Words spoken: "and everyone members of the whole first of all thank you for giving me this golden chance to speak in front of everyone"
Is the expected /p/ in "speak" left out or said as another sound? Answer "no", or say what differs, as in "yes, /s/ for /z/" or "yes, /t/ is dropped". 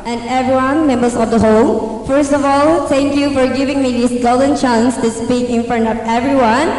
no